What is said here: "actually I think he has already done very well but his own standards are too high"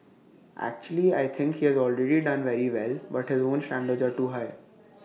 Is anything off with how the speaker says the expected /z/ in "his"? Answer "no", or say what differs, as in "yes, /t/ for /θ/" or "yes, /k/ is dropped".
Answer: no